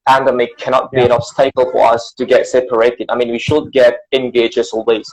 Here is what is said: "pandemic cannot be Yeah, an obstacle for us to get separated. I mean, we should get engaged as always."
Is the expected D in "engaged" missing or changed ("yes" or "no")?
yes